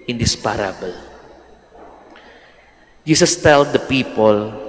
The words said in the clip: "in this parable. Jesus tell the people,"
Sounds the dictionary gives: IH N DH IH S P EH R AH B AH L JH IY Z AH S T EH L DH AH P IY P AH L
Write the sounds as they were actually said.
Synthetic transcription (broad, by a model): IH N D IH S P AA R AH B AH L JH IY S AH S T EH L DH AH P IY P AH L